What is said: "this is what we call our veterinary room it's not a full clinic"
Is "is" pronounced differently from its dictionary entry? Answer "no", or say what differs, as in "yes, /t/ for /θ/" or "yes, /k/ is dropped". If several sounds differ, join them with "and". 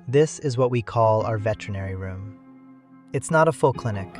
no